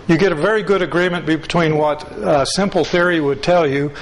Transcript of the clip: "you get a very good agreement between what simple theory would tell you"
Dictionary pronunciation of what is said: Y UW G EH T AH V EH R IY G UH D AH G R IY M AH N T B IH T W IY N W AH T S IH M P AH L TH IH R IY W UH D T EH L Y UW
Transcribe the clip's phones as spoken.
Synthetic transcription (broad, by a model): Y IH G EH T AH V EH R IY G UH D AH G R IY M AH N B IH T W IY N W AH T S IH M P L TH IH R IY W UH D T EH L Y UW